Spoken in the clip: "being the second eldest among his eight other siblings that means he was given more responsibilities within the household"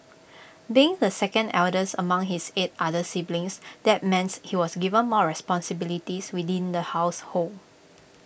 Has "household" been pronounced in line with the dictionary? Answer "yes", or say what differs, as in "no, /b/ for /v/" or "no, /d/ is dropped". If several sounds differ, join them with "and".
no, /d/ is dropped